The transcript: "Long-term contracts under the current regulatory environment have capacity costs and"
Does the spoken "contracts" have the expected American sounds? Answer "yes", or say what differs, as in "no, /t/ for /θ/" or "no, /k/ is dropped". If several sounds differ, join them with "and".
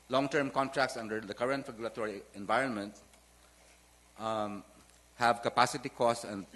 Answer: yes